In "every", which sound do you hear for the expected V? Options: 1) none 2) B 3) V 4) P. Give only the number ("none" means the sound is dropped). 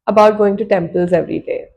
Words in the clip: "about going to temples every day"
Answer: 3